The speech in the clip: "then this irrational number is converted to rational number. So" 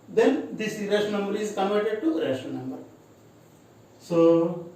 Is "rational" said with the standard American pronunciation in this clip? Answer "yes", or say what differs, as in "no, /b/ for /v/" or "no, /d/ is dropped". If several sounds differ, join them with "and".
no, /n/ is dropped